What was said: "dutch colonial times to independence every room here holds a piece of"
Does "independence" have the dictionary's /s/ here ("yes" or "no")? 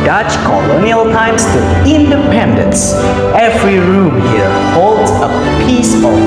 yes